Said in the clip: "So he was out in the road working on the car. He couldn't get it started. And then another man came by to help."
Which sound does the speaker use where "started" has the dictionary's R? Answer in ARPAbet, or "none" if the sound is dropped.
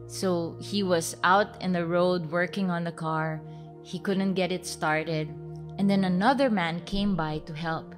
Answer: R